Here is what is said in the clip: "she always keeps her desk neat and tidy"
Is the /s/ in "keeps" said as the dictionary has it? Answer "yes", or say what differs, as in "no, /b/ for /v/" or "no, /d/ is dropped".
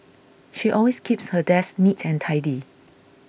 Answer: yes